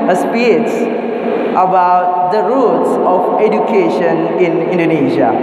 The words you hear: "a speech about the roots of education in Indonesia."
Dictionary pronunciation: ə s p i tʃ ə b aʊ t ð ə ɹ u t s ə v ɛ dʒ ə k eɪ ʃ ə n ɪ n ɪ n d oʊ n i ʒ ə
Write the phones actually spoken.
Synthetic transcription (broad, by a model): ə s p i s ə b aʊ t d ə ɹ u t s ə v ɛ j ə k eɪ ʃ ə n ɪ n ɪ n d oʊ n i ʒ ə